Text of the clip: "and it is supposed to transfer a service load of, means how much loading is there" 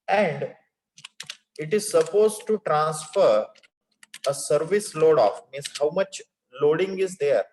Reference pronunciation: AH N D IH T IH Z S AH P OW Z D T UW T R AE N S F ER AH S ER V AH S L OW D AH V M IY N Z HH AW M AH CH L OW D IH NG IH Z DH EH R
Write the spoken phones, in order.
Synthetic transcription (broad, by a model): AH N D IH T IH Z S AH P OW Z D T UW T R AE N S F ER AH S ER V AH S L OW D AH F M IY N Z HH AW M AH CH L OW D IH NG IH Z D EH R